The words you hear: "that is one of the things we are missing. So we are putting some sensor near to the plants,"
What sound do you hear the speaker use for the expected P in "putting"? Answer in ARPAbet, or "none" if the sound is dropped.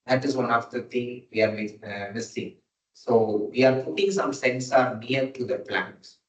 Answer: P